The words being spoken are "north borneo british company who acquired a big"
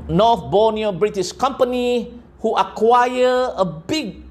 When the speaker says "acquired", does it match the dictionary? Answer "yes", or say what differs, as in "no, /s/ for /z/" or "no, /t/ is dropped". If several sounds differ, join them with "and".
no, /d/ is dropped